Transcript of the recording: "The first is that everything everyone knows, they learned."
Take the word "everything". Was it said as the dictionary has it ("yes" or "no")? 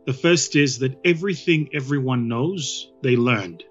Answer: yes